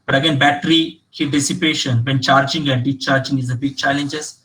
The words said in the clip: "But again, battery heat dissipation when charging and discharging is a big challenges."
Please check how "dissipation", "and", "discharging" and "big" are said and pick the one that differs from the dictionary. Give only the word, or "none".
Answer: discharging